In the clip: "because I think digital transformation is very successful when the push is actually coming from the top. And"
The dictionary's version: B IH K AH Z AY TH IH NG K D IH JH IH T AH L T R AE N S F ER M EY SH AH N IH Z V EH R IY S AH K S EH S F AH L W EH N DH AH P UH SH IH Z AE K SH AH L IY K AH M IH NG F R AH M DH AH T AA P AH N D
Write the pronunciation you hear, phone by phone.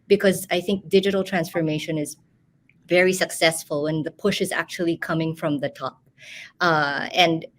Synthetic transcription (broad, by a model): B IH K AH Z AY TH IH NG K D IH JH IH T AH L T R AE N S F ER M EY SH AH N IH Z V EH R IY S AH K S EH S F AH L W EH N DH AH P UH SH IH Z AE K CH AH L IY K AH M IH NG F R AH M DH AH T AA P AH N D